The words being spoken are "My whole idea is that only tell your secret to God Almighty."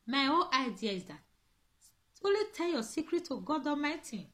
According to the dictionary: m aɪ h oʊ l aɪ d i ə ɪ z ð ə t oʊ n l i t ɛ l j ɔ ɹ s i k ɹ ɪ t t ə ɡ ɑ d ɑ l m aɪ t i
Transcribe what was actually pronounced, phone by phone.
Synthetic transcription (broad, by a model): m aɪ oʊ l aɪ d i ə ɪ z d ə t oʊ l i t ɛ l j ɔ s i k ɹ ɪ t t ə ɡ ɑ d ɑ m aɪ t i